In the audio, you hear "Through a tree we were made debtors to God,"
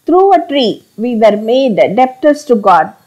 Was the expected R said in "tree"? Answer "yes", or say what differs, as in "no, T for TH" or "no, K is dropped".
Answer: yes